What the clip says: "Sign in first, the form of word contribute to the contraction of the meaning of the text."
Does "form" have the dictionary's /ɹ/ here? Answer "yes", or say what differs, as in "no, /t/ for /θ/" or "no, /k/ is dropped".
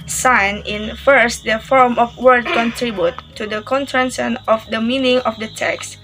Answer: yes